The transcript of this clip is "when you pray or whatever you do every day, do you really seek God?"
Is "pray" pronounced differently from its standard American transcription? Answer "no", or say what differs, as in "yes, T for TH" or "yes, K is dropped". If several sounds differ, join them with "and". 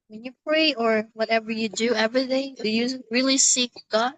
no